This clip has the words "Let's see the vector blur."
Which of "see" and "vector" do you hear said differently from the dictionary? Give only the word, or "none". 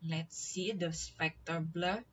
vector